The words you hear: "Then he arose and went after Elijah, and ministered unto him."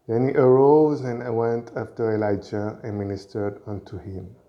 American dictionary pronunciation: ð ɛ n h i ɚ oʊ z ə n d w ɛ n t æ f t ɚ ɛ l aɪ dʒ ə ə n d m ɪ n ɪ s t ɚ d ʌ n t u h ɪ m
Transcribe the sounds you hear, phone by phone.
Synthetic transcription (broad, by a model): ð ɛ n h i ɚ oʊ z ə n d w ɛ n t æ f t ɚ ɛ l aɪ dʒ ə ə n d m ɪ n ɪ s t ɚ d ʌ n t u h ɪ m